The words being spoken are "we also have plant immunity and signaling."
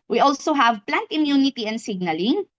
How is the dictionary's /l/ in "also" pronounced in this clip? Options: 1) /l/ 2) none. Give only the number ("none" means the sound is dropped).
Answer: 1